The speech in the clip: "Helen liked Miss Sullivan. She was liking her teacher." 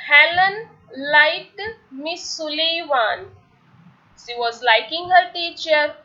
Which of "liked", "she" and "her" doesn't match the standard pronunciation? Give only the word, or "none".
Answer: liked